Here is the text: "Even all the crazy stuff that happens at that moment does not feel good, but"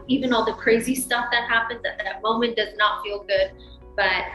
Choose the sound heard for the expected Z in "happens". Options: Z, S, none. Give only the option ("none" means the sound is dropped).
Z